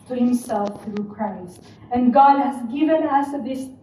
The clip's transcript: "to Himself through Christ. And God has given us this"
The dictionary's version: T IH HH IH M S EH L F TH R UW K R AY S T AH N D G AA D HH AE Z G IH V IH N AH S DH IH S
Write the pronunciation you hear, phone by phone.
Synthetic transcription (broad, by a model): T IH HH IH M S EH L F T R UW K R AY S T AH N G AA D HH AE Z G IH V IH N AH S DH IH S